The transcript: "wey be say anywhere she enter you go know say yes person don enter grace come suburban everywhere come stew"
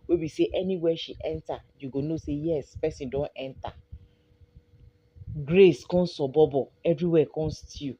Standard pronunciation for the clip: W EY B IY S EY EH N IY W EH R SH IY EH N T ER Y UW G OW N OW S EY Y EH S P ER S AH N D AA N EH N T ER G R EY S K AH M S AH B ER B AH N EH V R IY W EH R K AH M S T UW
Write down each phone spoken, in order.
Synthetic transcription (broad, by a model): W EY B IY S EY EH N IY W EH SH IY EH N T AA Y UW G OW N OW S EY Y EH S P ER S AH N D AA N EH N T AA G R EY S K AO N S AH B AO B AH EH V R IY W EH K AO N S T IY